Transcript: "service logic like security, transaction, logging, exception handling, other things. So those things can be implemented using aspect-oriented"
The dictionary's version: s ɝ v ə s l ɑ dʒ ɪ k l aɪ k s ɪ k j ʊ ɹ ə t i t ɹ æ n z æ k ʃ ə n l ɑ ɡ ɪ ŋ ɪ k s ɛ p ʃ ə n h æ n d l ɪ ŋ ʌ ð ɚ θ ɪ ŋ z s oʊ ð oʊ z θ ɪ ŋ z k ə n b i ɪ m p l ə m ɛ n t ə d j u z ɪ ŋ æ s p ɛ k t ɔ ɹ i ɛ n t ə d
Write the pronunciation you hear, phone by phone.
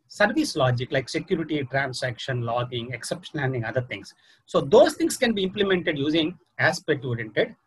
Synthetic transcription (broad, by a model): s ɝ v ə s l ɑ dʒ ɪ k l aɪ k s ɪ k j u ɹ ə t i t ɹ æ n s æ k ʃ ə n l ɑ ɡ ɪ ŋ ɪ k s ɛ p ʃ ə n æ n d ɪ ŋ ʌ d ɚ t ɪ ŋ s s oʊ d oʊ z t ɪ ŋ s k ə n b i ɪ m p l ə m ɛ n t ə d j u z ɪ ŋ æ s p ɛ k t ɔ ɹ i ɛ n t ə d